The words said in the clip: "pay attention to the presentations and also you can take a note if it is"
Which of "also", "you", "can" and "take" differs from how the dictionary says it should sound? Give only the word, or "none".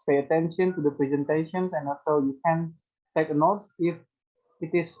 also